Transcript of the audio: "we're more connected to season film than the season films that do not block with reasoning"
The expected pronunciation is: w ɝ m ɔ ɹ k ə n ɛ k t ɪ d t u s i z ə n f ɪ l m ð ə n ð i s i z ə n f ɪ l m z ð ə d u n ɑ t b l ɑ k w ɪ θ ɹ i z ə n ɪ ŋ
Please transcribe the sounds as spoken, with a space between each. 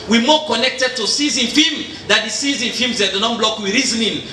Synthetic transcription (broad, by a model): w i m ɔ k ə n ɛ k t ɪ d t u s i z ə n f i m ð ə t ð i s i z ə n f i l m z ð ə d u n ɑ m b l ɑ k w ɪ ɹ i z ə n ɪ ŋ